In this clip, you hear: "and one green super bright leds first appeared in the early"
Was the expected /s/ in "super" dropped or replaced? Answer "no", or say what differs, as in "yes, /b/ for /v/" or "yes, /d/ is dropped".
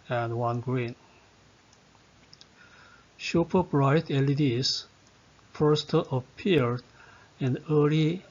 yes, /ʃ/ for /s/